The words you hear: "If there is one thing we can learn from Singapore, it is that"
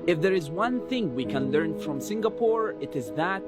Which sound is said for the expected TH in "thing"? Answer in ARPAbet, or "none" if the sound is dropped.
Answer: TH